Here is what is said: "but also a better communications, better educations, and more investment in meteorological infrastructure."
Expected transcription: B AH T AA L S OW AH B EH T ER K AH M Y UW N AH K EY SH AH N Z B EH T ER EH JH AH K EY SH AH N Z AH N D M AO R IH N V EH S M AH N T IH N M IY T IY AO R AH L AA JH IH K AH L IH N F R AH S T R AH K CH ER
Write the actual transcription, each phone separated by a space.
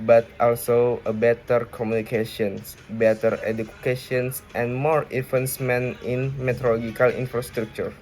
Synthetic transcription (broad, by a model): B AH T AA L S OW AH B EH T ER K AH M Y UW N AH K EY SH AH N S B EH T ER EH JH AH K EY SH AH N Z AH N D M AO R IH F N S M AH N IH N M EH T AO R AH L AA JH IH K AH L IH N F R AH S T R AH K CH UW